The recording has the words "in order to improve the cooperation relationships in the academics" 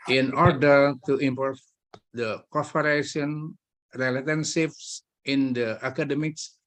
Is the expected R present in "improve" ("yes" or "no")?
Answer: no